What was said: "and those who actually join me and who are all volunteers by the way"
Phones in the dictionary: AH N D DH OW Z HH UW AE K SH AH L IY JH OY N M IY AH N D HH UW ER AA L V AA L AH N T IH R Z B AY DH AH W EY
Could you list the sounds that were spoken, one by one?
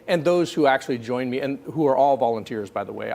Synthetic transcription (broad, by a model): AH N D DH OW Z HH UW AE K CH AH L IY JH OY N M IY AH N HH UW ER AA L V AA L AH N T IH R Z B AY DH AH W EY